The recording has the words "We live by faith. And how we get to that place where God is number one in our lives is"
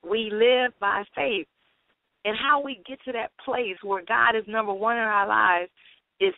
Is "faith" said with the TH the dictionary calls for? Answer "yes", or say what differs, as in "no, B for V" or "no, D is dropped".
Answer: yes